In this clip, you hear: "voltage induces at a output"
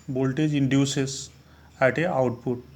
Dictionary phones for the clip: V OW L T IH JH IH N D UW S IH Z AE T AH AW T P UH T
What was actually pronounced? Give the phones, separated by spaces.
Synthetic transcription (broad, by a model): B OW L T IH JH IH N D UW S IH S AE T AH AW T P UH T